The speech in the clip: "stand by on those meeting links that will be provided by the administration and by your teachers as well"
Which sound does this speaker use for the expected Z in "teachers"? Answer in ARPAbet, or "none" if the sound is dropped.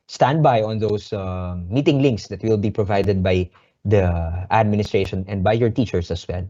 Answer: S